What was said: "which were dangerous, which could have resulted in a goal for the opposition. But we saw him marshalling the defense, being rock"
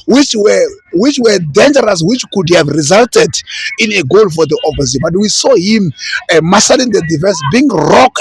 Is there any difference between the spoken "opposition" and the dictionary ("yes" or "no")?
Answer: yes